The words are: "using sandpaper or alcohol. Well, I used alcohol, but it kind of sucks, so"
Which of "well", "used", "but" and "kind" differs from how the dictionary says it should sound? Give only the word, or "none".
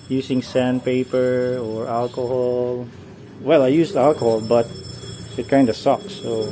used